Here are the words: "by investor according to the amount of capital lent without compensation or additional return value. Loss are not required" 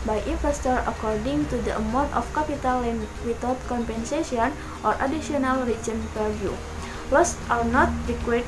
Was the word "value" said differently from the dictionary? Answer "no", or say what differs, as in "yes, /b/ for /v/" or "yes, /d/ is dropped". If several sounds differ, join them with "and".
yes, /p/ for /v/